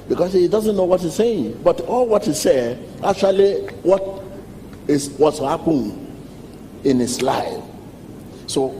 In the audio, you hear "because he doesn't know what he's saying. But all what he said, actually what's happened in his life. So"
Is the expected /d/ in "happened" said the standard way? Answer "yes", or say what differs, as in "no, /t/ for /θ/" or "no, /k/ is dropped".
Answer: no, /d/ is dropped